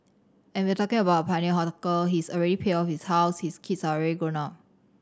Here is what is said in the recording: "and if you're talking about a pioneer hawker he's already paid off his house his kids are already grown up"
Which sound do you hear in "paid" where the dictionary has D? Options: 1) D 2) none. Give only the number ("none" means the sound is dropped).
2